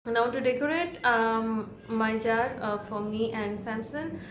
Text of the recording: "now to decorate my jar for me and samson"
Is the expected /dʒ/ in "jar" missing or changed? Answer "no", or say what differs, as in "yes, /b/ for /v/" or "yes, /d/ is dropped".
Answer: no